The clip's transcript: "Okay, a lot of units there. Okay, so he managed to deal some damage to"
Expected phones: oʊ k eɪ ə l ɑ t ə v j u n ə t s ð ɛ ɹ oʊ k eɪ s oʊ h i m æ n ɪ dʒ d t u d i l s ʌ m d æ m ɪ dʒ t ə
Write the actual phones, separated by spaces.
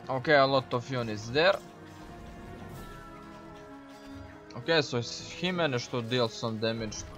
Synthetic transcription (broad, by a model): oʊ k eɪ ə l ɑ t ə f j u n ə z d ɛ ɹ oʊ k eɪ s oʊ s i m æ n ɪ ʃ t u d i l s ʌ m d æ m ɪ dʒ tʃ